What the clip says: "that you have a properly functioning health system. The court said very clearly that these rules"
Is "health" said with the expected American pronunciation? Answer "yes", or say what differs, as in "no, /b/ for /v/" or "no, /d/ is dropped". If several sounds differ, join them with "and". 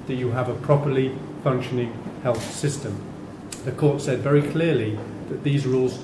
yes